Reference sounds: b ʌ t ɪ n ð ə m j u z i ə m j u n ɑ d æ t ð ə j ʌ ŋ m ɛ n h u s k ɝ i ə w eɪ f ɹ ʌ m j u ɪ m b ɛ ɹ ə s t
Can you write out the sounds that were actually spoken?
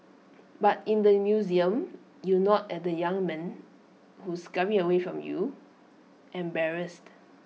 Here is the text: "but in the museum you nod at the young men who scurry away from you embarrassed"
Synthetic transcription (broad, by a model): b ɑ t ɪ n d ə m j u z i ə m j u n ɑ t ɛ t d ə j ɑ ŋ m ɛ n h u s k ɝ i ə w eɪ f ɹ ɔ m j u ɪ m b ɛ ɹ ə s t